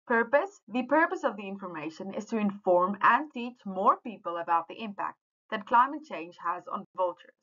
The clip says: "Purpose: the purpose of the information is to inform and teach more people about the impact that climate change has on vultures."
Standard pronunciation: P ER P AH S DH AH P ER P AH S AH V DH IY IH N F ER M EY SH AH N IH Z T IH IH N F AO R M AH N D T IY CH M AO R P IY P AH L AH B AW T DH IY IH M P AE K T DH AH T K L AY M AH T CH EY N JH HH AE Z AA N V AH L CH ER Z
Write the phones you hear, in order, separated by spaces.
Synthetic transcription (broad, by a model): P ER P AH S DH AH P ER P AH S AH V DH IY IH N F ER M EY SH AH N IH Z T IH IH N F AO R M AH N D T IY CH M AO R P IY P AH L AH B AW T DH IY IH M P AE K T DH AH T K L AY M AH T CH EY N JH HH AE Z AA N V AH L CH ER